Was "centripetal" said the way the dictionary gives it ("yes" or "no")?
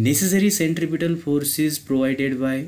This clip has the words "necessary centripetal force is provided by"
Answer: yes